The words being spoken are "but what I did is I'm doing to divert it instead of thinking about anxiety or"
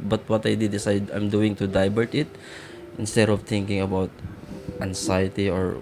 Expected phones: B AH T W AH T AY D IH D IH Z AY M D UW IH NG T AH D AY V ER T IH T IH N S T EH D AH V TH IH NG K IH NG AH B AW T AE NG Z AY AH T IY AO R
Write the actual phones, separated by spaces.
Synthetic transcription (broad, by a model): B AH T W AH T AY D IH D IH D AY M D UW IH NG T AH D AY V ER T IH T IH N S T EH D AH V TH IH NG K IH NG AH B AW T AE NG S AY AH T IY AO R